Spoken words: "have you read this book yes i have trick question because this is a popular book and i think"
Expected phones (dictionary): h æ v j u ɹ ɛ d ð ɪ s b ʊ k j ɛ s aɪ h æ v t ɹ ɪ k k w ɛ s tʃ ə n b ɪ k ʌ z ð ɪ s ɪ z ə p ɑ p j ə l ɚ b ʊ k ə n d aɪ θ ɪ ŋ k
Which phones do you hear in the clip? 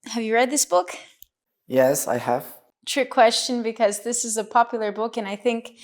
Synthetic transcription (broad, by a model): h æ v j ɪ ɹ ɛ d ð ɪ s b ʊ k j ɛ s aɪ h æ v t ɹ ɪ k k w ɛ s tʃ ə n b ɪ k ʌ z ð ɪ s ɪ z ə p ɑ p j l ɚ b ʊ k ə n aɪ θ ɪ ŋ k